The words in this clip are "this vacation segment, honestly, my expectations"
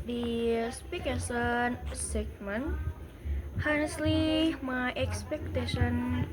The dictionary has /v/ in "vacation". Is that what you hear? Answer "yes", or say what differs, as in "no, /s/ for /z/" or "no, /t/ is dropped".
no, /p/ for /v/